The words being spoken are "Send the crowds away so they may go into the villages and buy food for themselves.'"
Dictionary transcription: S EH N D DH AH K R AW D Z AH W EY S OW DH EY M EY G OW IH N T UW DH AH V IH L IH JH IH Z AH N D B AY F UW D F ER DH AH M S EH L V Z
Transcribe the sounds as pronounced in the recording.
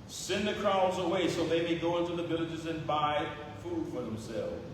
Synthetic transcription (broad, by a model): S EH N DH AH K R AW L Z AH W EY S OW DH EY M EY G OW IH N T UW DH AH V IH L IH JH IH Z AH N B AY F UW D F ER DH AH M S EH L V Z